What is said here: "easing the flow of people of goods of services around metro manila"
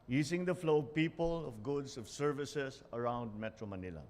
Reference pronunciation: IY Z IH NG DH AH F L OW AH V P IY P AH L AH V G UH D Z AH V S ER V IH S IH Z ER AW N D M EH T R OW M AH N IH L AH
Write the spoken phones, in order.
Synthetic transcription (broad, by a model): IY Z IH NG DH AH F L OW P IY P AH L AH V G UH D S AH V S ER V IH S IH S ER AW N D M EH T R OW M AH N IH L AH